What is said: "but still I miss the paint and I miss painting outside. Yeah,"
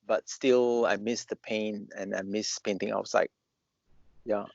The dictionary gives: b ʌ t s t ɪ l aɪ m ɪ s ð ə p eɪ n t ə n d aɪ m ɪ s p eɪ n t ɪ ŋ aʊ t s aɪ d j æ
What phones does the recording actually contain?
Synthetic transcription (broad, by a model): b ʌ t s t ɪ l aɪ m ɪ s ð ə p eɪ n ə n aɪ m ɪ s p eɪ n t ɪ ŋ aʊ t s aɪ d j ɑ